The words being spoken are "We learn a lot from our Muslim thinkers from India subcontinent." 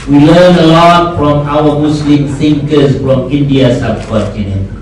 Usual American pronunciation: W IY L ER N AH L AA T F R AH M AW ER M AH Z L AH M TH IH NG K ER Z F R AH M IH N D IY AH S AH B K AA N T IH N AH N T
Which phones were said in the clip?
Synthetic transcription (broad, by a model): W IY L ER N AH L AA T F R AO M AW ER M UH S L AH M S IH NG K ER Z F R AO M IH N D IY AH S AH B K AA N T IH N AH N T